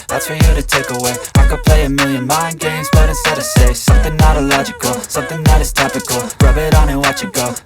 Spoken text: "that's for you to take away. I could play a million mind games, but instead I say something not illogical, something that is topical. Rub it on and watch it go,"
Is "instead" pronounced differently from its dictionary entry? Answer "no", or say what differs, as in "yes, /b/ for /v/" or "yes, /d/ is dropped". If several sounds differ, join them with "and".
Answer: yes, /n/ is dropped